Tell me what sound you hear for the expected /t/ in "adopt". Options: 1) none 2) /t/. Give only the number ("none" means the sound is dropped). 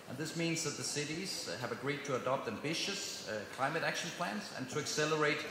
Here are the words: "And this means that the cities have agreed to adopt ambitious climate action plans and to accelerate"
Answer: 2